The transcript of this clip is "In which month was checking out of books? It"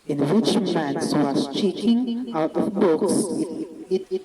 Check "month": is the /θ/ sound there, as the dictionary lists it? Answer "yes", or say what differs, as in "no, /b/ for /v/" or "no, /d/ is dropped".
no, /s/ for /θ/